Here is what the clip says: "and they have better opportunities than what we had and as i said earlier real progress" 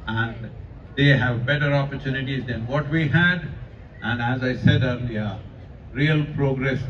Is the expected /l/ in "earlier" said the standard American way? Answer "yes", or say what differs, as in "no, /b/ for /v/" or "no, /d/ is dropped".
no, /n/ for /l/